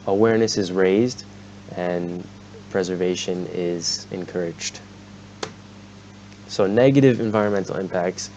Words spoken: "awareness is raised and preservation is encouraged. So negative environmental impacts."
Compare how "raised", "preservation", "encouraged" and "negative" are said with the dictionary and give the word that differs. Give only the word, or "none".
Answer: none